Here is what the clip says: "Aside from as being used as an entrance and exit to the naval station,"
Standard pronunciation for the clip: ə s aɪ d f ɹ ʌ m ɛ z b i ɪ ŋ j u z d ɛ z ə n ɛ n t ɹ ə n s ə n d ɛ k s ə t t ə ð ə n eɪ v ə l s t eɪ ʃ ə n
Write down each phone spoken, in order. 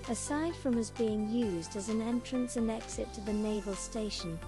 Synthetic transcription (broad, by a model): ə s aɪ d f ɹ ʌ m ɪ z b i ɪ ŋ j u z d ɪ z ə n ɛ n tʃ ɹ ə n s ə n ɛ k s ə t t ə ð ə n eɪ v ə l s t eɪ ʃ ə n